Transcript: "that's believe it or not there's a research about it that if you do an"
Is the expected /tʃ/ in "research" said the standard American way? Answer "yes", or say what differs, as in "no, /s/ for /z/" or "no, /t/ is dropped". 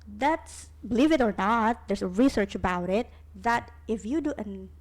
yes